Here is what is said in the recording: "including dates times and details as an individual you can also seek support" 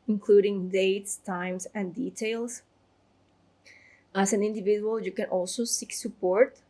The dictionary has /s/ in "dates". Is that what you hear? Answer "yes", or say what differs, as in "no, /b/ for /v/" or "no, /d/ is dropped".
yes